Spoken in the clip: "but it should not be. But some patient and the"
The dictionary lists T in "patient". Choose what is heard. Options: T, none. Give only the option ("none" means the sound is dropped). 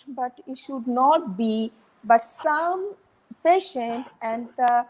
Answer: T